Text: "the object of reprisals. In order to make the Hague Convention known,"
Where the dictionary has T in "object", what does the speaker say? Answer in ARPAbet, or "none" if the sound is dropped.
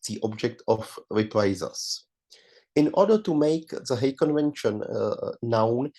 T